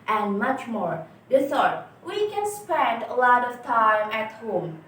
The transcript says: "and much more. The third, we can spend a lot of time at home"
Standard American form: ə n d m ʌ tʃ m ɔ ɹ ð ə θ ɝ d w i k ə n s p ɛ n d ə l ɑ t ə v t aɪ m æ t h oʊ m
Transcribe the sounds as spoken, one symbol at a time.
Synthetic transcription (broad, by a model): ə n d m ʌ tʃ m ɔ ɹ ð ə s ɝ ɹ w i k ə n s p ɛ n d ə l ɑ t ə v t aɪ m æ t h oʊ m